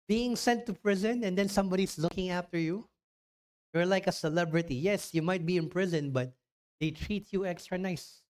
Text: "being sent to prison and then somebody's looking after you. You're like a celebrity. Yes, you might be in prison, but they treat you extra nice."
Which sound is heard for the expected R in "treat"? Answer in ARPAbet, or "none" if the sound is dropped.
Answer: R